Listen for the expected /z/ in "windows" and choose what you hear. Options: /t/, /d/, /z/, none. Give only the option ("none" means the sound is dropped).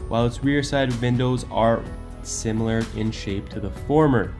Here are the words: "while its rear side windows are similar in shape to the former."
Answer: /z/